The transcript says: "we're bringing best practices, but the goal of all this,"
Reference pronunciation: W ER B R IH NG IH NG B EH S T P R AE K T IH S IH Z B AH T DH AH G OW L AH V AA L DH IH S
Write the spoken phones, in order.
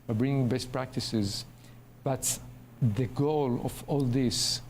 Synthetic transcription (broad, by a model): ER B R IH NG IH NG B EH S T P R AE K T IH S IH Z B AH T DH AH G OW L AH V AA L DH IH S